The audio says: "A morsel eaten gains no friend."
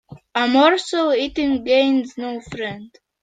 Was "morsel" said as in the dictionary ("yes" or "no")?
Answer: no